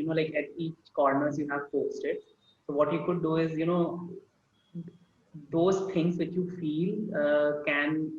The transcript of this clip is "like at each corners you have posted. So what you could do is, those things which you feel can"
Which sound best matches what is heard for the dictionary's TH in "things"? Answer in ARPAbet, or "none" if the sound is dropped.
T